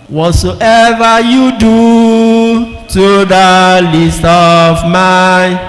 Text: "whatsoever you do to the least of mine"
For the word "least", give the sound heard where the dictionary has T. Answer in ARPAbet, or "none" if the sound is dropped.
T